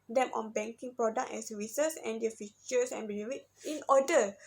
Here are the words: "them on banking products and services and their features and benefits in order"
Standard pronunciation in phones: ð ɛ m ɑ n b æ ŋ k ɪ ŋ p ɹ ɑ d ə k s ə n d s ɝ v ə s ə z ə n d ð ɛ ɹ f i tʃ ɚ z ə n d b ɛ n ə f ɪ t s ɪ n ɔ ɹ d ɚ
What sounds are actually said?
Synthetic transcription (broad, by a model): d ɛ m ɑ n b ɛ ŋ k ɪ ŋ p ɹ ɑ d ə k ə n s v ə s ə s ə n d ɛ f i tʃ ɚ s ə n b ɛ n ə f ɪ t ɪ n ɔ d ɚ